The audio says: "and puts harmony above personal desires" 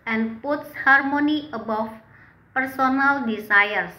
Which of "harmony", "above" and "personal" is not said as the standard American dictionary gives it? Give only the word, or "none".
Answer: above